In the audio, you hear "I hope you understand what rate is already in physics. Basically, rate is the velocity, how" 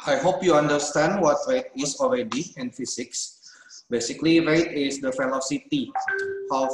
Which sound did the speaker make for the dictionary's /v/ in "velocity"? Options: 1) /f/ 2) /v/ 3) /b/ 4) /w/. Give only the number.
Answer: 1